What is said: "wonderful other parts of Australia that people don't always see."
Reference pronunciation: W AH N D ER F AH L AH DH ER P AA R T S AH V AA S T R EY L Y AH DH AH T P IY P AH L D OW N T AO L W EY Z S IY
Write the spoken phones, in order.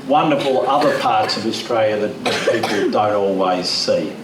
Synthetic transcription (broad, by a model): W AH N D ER F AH L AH DH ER P AA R T S AH V AA S T R EY L Y AH DH AH T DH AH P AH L D OW N T AO L W EY Z S IY